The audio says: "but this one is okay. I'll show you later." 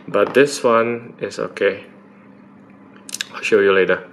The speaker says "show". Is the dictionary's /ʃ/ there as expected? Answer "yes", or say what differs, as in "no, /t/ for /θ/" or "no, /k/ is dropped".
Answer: yes